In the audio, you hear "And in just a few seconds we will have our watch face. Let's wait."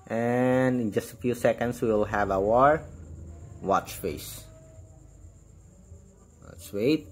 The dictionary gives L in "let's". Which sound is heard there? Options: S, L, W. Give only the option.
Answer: W